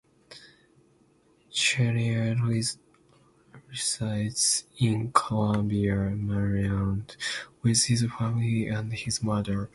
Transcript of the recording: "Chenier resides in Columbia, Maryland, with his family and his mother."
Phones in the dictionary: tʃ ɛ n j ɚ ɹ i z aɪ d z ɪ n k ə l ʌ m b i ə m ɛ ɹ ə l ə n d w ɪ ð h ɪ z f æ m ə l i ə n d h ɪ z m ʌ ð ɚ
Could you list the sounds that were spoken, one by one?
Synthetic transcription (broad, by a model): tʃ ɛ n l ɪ ɹ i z aɪ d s ɪ n k ə l ʌ m b i ə m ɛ ɹ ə ə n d w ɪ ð h ɪ z f æ m ə l i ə n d h ɪ z m ʌ ð ɚ